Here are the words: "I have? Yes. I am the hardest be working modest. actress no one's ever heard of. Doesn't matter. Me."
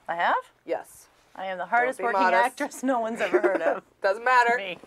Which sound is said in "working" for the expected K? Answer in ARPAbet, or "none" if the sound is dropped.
none